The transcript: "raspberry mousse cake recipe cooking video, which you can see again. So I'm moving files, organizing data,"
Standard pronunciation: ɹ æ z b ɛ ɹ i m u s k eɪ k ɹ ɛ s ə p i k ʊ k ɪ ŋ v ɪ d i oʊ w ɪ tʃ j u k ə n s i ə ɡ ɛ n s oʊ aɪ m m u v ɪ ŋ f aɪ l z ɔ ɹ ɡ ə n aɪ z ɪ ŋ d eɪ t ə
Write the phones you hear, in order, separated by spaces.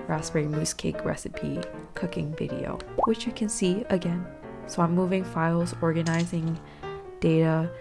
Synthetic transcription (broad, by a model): ɹ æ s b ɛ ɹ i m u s k eɪ k ɹ ɛ s ə p i k ʊ k ɪ ŋ v ɪ d i oʊ w ɪ tʃ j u k ə n s i ə ɡ ɛ n s oʊ aɪ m m u v ɪ ŋ f aɪ l z ɔ ɹ ɡ ə n aɪ z ɪ ŋ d eɪ t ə